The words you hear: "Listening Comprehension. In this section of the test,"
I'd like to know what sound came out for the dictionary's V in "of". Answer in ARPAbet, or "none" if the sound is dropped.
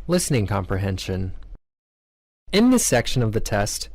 V